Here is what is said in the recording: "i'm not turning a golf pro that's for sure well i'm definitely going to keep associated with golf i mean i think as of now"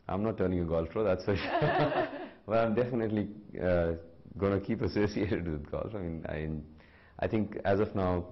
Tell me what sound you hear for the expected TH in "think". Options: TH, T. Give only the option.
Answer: T